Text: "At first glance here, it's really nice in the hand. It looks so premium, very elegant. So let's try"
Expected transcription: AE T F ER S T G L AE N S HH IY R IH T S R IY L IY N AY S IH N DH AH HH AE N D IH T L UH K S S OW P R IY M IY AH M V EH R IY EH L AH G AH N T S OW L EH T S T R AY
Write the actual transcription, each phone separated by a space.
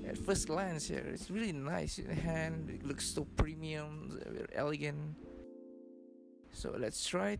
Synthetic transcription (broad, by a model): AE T F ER S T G L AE N S HH IY R IH T S R IY L IY N AY S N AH HH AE N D IH T L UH K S S OW P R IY M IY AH M W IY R EH L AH G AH N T S OW L EH T S T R AY